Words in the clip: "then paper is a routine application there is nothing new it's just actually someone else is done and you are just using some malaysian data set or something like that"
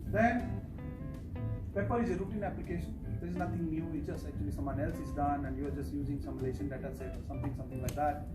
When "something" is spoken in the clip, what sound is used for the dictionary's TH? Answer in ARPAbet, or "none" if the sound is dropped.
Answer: T